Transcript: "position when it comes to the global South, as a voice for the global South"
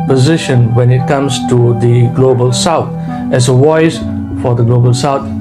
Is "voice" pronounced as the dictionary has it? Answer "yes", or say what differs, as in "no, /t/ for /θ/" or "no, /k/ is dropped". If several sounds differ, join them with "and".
no, /w/ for /v/